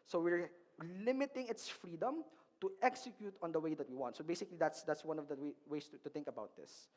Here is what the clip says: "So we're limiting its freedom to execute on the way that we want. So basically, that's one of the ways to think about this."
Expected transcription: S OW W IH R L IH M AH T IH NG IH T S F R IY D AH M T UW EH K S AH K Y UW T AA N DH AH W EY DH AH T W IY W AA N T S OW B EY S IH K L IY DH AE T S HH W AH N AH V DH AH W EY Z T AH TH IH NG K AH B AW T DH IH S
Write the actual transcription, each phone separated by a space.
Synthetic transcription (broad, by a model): S OW W IH R L IH M AH T IH NG IH T S F R IY D AH M T UW EH K S AH K Y UW T AA N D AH W EY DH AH T W IY W AA N T S OW B EY S IH K L IY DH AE T S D W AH N AH V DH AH W EY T T AH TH IH NG K AH B AW T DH IH S